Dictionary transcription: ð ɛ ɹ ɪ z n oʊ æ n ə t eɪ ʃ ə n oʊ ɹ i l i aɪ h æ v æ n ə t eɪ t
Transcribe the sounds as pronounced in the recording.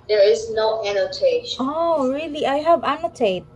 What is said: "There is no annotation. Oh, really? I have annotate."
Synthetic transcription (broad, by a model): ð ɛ ɹ ɪ z n oʊ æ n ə t eɪ ə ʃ oʊ ɹ i l i aɪ h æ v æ n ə t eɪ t